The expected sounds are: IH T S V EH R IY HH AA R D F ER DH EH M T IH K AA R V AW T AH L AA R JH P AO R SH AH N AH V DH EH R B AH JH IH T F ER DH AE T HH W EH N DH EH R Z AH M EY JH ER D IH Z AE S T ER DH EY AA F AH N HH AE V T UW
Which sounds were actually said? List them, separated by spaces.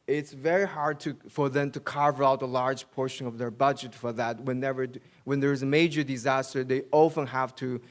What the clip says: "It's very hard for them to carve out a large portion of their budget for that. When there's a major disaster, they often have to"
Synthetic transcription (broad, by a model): IH T S V EH R IY HH AA R D F ER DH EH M T IH K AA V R AW T AH L AA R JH P AO R SH AH N AH V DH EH R B AH JH IH T F ER DH AE T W W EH N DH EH R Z AH M EY JH ER D IH Z AE S T ER DH EY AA F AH N HH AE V T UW